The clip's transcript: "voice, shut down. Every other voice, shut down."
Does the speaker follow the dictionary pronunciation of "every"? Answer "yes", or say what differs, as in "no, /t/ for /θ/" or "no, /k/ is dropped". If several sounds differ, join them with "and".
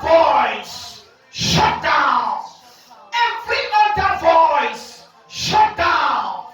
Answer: no, /f/ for /v/